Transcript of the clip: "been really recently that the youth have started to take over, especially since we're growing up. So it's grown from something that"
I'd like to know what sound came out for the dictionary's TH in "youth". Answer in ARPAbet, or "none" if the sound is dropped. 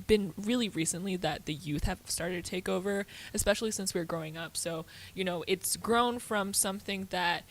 TH